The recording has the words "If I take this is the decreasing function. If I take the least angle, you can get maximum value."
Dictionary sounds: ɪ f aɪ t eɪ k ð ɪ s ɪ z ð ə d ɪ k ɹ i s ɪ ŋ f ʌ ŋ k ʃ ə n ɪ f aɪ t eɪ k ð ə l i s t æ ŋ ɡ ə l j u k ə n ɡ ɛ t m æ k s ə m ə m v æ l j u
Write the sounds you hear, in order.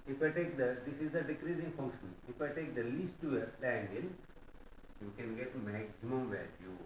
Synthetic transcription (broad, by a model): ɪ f aɪ t eɪ k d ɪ s ɪ z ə d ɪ k ɹ i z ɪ ŋ f ʌ ŋ k ʃ ə n ɪ f aɪ t eɪ k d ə l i s t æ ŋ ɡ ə n j u k ə n ɡ ɛ t m æ k s ə m ə m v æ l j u